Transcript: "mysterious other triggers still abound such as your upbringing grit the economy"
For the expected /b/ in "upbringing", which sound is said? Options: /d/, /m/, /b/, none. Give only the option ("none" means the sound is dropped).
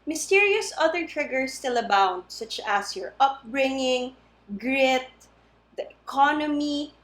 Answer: /b/